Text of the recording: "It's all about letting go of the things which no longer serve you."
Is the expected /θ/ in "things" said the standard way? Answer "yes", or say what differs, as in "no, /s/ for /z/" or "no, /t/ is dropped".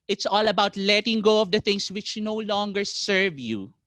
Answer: no, /t/ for /θ/